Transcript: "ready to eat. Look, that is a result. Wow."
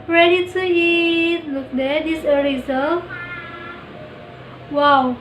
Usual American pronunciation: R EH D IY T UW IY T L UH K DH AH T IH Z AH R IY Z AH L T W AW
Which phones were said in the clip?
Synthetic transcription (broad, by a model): R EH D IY T UW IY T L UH K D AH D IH S AH L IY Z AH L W AW